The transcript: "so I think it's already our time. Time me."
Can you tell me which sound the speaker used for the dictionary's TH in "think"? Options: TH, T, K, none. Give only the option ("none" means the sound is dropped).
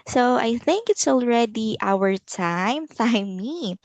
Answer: TH